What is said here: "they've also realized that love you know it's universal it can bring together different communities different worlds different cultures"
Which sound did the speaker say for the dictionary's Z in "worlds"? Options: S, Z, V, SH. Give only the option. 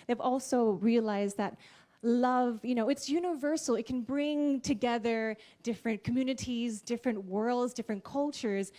Z